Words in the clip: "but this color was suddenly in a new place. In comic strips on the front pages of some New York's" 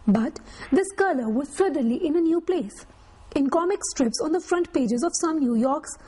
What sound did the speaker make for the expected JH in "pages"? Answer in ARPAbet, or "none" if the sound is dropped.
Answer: JH